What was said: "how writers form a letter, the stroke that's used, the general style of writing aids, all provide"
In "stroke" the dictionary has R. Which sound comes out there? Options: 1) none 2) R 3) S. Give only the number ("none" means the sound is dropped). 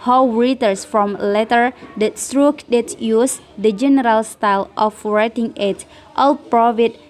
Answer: 2